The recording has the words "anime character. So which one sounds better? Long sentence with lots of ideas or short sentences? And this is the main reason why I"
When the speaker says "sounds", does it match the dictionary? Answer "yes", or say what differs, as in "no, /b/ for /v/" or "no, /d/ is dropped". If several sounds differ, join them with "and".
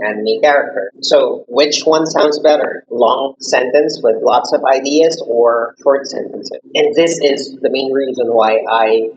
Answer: yes